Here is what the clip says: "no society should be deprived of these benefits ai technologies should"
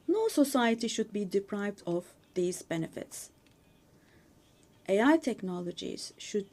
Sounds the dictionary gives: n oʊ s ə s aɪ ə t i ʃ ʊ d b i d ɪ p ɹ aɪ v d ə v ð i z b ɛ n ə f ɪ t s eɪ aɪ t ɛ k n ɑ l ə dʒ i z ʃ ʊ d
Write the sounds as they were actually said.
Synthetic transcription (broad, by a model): n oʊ s ə s aɪ ə t i ʃ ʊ d b i d ɪ p ɹ aɪ v d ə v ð i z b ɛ n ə f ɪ t s eɪ aɪ t ɛ k n ɑ l ə dʒ i z ʃ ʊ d